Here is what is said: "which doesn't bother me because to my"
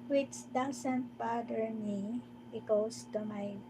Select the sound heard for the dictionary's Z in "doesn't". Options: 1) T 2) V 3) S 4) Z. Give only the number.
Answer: 3